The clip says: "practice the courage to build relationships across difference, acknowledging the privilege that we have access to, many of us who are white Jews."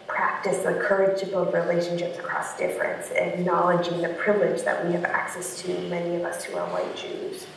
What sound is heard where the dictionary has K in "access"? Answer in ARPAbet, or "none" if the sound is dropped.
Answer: K